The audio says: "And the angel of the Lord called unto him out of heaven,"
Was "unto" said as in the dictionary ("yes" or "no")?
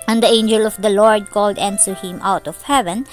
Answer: no